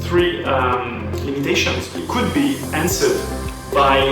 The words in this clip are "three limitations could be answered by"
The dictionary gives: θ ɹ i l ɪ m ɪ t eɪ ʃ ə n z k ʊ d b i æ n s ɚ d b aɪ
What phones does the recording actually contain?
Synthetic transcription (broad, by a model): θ ɹ i l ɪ m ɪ t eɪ ʃ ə n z k ʊ d b i æ n s ɚ d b aɪ